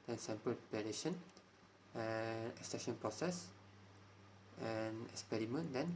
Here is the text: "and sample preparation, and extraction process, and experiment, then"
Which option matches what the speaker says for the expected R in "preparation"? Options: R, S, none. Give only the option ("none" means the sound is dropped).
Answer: none